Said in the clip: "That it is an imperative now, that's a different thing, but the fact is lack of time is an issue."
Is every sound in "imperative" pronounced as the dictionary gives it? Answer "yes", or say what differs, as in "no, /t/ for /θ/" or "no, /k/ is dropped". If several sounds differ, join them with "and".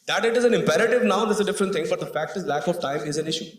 yes